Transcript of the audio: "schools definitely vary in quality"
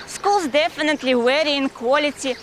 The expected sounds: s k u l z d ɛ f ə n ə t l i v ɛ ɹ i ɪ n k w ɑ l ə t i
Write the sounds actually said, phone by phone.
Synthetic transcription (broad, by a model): s k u l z d ɛ f ə n ə t l i w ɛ ɹ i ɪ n k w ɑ l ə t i